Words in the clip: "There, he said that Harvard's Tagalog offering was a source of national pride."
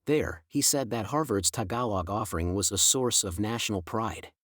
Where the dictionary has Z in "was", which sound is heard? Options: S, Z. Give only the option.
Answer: Z